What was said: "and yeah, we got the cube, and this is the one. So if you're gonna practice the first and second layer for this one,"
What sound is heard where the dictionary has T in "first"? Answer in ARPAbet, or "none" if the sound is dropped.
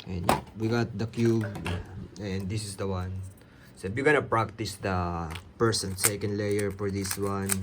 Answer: none